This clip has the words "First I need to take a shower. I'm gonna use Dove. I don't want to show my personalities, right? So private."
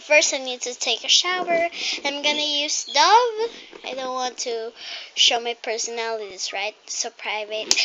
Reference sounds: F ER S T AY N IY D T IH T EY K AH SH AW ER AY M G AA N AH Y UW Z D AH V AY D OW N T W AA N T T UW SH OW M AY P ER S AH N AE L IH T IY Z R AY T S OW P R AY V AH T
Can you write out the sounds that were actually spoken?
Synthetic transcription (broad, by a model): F ER S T AY N IY D T IH T EY K AH SH AW ER AY M G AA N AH Y UW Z D AH V AY D OW N T W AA N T T UW SH OW M AY P ER S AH N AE L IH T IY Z R AY T S OW P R AY V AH T